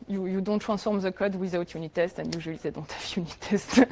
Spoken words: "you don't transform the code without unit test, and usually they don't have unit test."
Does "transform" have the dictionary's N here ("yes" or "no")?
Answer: no